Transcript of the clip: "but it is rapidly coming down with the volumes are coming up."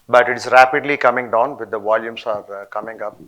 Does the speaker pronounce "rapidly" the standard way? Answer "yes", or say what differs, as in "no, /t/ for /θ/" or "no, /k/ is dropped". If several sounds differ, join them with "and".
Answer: yes